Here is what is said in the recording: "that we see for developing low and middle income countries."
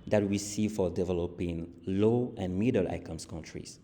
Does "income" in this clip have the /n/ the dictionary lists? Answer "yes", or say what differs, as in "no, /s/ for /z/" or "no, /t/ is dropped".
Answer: no, /n/ is dropped